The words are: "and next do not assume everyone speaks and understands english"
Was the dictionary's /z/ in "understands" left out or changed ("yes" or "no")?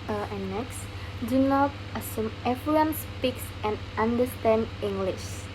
yes